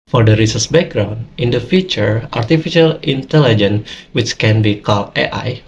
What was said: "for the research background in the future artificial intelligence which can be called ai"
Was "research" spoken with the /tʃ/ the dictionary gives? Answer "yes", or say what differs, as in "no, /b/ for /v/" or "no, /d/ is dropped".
no, /s/ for /tʃ/